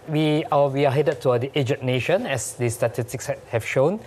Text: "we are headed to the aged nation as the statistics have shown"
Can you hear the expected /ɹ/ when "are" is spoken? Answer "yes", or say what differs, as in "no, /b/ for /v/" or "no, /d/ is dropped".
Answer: no, /w/ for /ɹ/